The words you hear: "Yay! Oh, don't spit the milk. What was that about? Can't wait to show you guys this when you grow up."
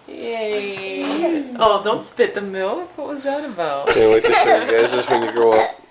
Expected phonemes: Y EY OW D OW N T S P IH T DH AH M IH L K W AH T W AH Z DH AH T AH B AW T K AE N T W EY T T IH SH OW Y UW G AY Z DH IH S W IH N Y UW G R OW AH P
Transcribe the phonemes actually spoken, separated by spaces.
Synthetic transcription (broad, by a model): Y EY OW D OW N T S P IH T DH AH M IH L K W AH T W AH Z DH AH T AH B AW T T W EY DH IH S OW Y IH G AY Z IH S W IH N Y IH G R OW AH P